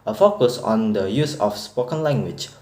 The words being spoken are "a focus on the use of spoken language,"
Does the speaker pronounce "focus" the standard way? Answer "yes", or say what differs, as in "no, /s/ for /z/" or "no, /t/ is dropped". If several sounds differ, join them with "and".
yes